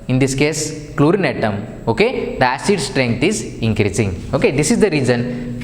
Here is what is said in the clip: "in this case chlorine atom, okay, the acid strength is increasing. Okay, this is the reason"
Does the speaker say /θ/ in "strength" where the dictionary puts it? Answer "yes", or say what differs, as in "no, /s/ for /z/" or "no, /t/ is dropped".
no, /t/ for /θ/